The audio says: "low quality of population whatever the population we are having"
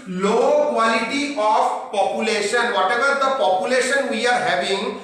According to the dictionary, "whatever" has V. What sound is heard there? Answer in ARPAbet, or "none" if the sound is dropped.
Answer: B